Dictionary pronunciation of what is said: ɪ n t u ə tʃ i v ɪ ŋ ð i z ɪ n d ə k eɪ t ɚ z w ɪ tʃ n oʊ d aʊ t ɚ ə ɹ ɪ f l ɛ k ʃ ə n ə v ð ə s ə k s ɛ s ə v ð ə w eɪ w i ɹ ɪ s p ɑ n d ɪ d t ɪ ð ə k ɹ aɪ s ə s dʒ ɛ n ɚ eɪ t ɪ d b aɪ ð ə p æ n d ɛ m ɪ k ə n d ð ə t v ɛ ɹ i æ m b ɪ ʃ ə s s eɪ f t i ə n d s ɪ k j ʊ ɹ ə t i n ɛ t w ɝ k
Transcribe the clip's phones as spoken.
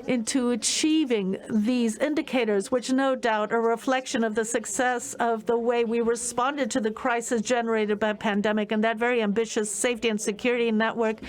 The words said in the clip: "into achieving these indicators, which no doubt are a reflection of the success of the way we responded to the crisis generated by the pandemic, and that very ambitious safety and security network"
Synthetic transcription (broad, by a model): ɪ n t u ə tʃ i v ɪ ŋ ð i z ɪ n d ə k eɪ t ɚ z w ɪ tʃ n oʊ d aʊ t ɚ ə ɹ ɪ f l ɛ k ʃ ə n ə v ð ə s ə k s ɛ s ə v ð ə w eɪ w i ɹ ɪ s p ɑ n d ɪ d t ɪ ð ə k ɹ aɪ s ə s dʒ ɛ n ɚ eɪ t ɪ d b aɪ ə p æ n d ɛ m ɪ k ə n ð ə t v ɛ ɹ i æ m b ɪ ʃ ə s s eɪ f t i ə n s ɪ k j ʊ ɹ ə t i n ɛ t w ɝ k